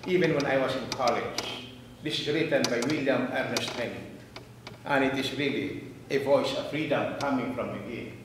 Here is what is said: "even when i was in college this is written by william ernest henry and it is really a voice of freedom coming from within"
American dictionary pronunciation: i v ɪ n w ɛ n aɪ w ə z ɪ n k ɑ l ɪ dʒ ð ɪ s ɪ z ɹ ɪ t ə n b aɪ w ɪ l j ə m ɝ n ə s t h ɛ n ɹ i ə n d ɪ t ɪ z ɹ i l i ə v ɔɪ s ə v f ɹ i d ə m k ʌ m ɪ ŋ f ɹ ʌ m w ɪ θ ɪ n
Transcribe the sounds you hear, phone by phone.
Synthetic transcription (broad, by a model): i v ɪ n w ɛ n aɪ w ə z ɪ n k ɑ l ɪ dʒ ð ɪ s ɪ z ɹ ɪ t ə n b aɪ w ɪ l j ə m ɝ n ə s t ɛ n i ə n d ɪ t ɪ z ɹ i l i ə v ɔɪ s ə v f ɹ i d ə m k ʌ m ɪ ŋ f ɹ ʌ m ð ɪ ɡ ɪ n